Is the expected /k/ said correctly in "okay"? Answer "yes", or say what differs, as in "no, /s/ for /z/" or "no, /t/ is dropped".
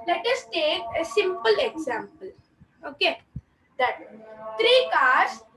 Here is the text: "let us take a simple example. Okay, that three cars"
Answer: yes